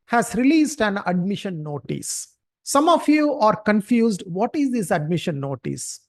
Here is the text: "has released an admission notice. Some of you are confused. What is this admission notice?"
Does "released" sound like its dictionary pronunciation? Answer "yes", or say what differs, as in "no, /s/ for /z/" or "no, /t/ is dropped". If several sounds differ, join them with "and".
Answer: yes